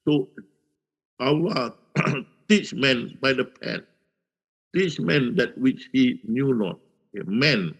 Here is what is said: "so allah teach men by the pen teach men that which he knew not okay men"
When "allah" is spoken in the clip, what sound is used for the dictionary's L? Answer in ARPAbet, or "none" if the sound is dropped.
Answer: W